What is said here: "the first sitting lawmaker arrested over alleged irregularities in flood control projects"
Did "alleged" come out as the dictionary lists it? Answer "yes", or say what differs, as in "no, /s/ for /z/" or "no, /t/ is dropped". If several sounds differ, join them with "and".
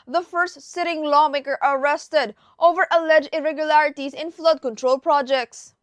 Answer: no, /d/ is dropped